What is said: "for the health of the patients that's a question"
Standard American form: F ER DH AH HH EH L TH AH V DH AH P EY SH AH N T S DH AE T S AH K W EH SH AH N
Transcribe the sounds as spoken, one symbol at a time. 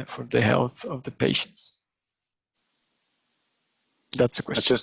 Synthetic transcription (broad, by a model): F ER DH AH HH EH L TH AH V DH AH P EY SH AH N T S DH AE T S AH K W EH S